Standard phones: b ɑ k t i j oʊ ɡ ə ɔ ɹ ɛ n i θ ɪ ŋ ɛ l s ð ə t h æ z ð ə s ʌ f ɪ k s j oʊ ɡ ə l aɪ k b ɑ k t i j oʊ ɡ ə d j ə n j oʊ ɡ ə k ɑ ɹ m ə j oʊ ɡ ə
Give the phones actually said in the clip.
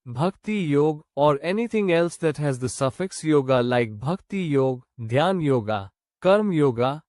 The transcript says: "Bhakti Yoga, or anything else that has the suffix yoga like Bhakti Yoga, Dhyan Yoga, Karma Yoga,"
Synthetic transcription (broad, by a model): b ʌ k t i j oʊ ɡ ɔ ɹ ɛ n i t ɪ ŋ ɛ l s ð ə t h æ z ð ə s ʌ f ɪ k s j oʊ ɡ ə l aɪ k b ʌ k t i j oʊ ɡ d j ə n j oʊ ɡ ə k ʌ ɹ m j oʊ ɡ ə